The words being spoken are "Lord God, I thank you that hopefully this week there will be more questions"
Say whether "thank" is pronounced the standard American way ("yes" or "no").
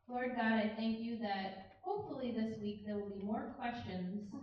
yes